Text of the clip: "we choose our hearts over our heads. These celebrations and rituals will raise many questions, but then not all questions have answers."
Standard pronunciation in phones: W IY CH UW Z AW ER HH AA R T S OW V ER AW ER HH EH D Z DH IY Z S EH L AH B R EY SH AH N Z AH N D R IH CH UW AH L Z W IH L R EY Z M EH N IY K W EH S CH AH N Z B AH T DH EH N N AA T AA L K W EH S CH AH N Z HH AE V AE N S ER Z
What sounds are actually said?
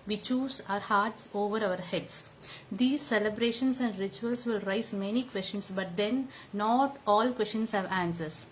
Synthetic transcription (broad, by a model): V IY CH UW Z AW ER HH AA R T S OW V ER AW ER HH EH D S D IY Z S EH L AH B R EY SH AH N S AH N D R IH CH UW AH L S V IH L R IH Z M EH N IY K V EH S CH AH N S B AH T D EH N N AA T AA L K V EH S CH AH N S HH AE V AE N S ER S